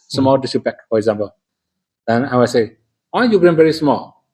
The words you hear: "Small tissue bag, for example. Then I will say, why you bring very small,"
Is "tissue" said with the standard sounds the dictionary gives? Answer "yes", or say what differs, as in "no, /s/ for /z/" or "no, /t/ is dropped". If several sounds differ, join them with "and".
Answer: no, /s/ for /ʃ/